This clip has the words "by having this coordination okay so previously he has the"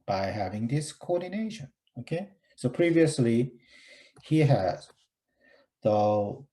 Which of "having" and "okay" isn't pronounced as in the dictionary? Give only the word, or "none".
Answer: none